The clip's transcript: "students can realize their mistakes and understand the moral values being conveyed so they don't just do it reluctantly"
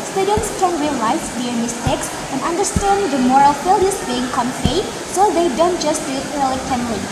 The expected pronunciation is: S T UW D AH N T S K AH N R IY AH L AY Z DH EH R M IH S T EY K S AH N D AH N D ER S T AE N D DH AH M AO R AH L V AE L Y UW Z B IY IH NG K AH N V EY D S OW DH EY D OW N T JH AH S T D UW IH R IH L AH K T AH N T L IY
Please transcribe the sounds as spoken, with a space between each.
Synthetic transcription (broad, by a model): S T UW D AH N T S K AH N R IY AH L AY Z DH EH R M IH S T EY K S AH N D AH N D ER S T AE N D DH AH M AO R AH L F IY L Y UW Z B IY IH NG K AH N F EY S OW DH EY D OW N T JH AH S T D IH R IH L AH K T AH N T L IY